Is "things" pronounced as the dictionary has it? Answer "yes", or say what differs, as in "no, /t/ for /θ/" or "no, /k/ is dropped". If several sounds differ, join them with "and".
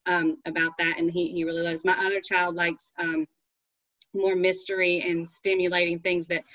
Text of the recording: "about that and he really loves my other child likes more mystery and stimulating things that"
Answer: yes